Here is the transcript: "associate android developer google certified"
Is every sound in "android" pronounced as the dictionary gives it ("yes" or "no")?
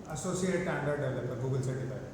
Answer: no